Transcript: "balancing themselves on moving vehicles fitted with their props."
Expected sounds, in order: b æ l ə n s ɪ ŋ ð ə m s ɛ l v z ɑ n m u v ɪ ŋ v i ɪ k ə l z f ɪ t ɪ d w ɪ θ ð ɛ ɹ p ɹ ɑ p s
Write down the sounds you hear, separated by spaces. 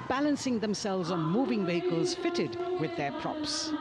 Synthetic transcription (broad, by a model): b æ l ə n s ɪ ŋ ð ə m s ɛ l v z n m u v ɪ ŋ v i ɪ k ə l z f ɪ t ɪ d w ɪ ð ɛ ɹ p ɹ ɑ p s